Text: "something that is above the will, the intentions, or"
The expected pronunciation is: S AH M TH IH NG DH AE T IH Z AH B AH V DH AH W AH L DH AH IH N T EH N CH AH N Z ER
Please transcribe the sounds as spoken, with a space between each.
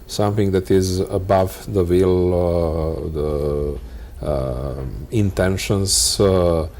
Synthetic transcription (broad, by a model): S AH M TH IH NG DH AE T IH Z AH B AH V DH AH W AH L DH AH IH N T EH N SH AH N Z